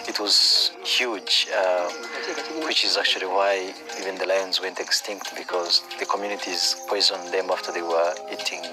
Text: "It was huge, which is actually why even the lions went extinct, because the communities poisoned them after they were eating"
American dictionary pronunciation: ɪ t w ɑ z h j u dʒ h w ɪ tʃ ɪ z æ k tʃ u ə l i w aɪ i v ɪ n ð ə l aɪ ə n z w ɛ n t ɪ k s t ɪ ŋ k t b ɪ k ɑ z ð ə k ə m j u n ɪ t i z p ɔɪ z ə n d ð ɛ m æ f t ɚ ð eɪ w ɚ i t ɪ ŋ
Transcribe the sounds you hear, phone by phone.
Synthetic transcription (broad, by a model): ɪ t w ɑ z h j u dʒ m w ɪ tʃ ɪ z æ k tʃ u ə l i w aɪ i v ɪ n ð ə l aɪ ə n z w ɛ n t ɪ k s t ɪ ŋ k t b ɪ k ɑ z ð ə k ə m j u n ɪ t i z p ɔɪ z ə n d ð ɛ m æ f t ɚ ð eɪ w ɚ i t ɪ ŋ